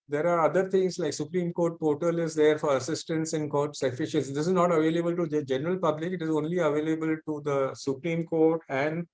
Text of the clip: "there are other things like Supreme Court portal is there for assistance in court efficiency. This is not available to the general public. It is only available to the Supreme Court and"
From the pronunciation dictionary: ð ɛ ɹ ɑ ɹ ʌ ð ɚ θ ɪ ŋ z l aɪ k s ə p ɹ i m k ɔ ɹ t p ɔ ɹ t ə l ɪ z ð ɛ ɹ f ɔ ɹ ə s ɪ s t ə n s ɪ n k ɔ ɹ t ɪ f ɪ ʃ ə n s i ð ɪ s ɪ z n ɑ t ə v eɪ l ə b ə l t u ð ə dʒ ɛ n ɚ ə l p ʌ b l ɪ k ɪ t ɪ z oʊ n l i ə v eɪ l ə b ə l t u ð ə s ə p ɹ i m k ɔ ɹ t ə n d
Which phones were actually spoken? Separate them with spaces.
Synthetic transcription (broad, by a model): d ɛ ɹ ɑ ɹ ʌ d ɚ t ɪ ŋ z l aɪ k s ə p ɹ i m k ɔ ɹ t p ɔ ɹ t ə l ɪ z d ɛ ɹ f ɔ ɹ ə s ɪ s t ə n s ɪ n k ɔ ɹ t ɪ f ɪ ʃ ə s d ɪ s ɪ z n ɑ t ə v eɪ l ə b ə l t u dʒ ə dʒ ɛ n ɚ ə l p ʌ b l ɪ k ɪ t ɪ z oʊ n l i ə v eɪ l ə b ə l t u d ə s ə p ɹ i m k ɔ ɹ t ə n d